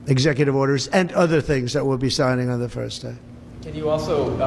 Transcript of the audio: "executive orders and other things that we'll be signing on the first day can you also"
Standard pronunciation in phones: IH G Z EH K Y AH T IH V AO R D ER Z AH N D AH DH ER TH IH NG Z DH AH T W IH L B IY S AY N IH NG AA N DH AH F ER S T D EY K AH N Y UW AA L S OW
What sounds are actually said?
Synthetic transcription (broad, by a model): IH G Z EH K Y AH T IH V AO R D ER Z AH N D AH DH ER TH IH NG Z DH AH T W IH L B IY S AY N IH NG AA N DH AH F ER S D EY K AH N Y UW AA L S OW